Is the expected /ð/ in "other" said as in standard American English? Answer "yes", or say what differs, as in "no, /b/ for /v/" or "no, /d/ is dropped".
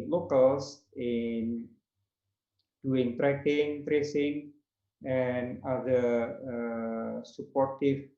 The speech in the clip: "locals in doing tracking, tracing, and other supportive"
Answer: no, /ð/ is dropped